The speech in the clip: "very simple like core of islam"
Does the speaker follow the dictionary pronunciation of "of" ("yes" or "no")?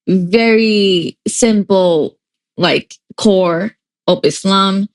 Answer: no